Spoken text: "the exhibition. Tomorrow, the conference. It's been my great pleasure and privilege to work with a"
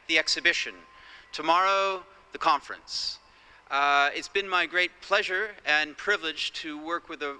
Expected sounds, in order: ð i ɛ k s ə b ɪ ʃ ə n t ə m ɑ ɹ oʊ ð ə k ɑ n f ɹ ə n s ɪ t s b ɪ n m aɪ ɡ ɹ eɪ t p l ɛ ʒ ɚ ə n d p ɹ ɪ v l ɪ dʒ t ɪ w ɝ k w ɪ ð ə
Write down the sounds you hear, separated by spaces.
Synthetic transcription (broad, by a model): ð i ɛ k s ə b ɪ ʃ ə n t ə m ɑ ɹ oʊ ð ə k ɑ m f ɹ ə n s ɪ t s b ɪ n m aɪ ɡ ɹ eɪ t p l ɛ ʒ ɚ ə n p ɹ ɪ v l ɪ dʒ t ɪ w ɝ k w ɪ ð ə